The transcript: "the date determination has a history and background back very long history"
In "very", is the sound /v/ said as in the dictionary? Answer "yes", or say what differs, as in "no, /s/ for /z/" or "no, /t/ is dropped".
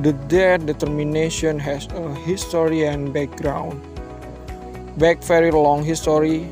no, /f/ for /v/